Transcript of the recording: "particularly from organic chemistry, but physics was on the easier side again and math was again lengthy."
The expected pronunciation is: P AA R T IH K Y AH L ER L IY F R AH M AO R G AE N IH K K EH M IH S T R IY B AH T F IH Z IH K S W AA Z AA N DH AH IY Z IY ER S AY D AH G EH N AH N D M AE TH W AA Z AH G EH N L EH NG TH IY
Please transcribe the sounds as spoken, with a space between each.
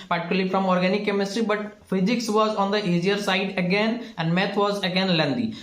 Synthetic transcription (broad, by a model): P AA R T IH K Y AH L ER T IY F R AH M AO R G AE N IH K K EH M IH S T R IY B AH T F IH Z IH K S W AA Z AA N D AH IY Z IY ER S AY D AH G EH N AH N D M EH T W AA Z AH G EH N L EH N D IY